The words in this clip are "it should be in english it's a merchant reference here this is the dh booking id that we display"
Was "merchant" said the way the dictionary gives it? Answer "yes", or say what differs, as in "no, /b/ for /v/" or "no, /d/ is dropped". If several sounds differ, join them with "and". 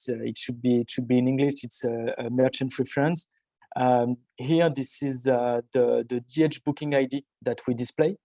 yes